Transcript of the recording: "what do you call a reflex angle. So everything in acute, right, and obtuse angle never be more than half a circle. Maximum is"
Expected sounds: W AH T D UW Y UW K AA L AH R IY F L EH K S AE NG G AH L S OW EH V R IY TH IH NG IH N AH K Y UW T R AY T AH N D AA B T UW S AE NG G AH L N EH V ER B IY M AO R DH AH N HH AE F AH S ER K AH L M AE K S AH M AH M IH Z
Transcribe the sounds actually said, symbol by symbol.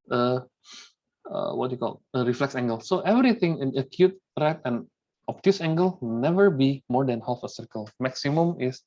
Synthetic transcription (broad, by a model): W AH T Y UW K AA L AH R IY F L EH K S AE NG G AH L S OW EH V R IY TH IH NG IH N AH K Y UW T R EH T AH N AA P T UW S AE NG G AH L N EH V ER B IY M AO R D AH N HH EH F AH S ER K AH L M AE K S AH M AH M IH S